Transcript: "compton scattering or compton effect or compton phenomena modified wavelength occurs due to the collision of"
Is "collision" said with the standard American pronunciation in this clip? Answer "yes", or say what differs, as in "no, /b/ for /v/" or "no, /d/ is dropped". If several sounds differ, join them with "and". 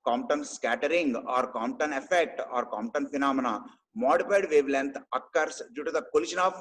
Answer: no, /ʃ/ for /ʒ/